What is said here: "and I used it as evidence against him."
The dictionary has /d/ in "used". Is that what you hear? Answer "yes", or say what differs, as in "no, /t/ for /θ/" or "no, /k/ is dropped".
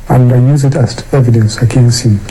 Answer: no, /d/ is dropped